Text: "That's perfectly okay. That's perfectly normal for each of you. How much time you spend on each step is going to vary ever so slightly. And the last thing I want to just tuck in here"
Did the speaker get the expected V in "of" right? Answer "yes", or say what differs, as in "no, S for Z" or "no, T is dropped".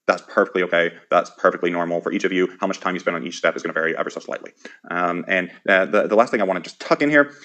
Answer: yes